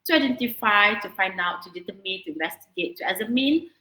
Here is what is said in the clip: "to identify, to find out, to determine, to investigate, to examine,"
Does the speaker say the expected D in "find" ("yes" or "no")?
yes